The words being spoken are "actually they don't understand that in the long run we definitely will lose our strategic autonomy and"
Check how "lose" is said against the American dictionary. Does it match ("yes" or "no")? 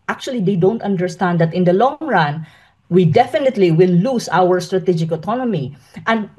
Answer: no